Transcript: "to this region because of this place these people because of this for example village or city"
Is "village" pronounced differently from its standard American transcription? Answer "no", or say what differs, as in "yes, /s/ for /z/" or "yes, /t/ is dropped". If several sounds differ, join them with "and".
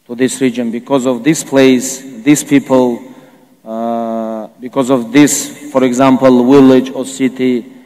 yes, /w/ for /v/